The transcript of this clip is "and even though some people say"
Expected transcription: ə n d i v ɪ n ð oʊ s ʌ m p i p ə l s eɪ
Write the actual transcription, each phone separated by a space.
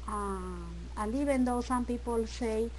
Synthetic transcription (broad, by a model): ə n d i b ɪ n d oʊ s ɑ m p i p ə l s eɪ